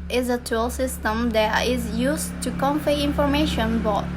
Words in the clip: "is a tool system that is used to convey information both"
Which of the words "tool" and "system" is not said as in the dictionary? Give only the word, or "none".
none